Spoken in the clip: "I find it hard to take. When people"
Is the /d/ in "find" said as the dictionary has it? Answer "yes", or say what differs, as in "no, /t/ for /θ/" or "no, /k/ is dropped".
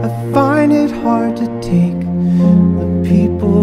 no, /d/ is dropped